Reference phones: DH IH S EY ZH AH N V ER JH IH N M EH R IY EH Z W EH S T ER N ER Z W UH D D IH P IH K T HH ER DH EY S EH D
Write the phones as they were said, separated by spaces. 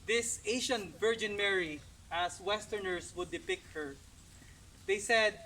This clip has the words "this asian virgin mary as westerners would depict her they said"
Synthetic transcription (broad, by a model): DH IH S EY SH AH N V ER JH IH N M EH R IY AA S W EH S T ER N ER S W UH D D IH P IH K T HH ER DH EY S EH D